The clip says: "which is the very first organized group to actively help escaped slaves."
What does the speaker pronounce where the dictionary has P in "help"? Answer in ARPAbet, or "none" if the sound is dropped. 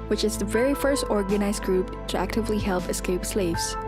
P